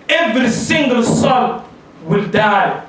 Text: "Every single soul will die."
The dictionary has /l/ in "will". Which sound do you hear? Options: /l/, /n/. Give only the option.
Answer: /l/